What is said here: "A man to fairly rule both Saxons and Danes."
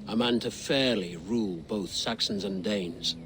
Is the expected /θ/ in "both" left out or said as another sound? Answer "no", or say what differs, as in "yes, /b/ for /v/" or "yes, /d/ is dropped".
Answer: no